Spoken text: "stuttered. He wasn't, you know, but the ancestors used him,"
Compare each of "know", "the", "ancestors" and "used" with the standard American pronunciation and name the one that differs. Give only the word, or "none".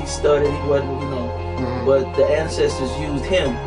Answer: none